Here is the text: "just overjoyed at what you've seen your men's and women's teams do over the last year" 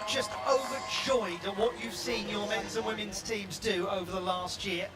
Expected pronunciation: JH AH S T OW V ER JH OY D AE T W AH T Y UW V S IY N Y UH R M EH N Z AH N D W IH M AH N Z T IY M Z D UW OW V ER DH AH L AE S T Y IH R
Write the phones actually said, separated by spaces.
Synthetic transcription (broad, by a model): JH AH S T OW V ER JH OY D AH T W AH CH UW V S IY N Y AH R M EH N Z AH N W IH M AH N Z T IY M Z D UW OW V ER DH AH L AE S T Y IH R